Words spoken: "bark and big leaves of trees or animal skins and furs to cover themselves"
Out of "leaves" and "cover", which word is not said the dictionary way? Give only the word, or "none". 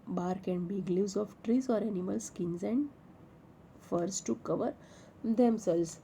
leaves